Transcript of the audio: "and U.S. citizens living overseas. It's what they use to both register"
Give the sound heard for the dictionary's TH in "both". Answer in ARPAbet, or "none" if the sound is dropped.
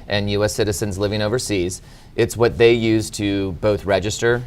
TH